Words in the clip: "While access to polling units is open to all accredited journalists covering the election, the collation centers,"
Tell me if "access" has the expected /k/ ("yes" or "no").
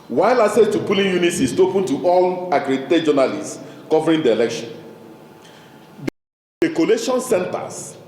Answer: no